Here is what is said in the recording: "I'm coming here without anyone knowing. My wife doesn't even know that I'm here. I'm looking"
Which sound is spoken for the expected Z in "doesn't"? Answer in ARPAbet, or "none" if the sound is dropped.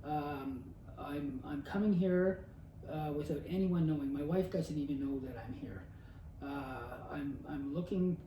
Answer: Z